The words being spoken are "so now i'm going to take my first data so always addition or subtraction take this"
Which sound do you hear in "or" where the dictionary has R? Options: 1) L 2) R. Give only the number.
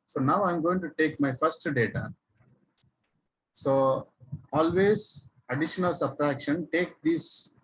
1